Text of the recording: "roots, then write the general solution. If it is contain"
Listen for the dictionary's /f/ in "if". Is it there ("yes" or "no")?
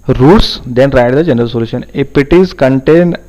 no